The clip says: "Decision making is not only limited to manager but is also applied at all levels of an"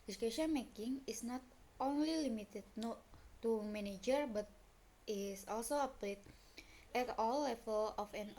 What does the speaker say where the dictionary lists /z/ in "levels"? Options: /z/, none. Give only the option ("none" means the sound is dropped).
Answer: none